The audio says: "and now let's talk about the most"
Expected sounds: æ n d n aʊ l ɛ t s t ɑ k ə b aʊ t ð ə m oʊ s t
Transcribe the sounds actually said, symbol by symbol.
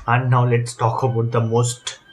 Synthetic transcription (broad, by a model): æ n d n aʊ l ɛ t s t ɑ k ə b aʊ t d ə m oʊ s t